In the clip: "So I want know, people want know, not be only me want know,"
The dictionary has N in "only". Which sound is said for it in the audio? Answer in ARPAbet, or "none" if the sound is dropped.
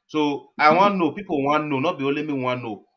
none